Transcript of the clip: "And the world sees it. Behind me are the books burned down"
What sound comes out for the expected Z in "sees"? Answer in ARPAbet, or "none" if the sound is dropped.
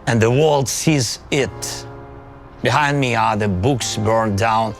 Z